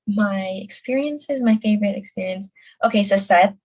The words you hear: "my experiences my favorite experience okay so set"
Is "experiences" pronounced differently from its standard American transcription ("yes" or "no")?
no